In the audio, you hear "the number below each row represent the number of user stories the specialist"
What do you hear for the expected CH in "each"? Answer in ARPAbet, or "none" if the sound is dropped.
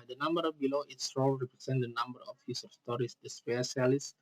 S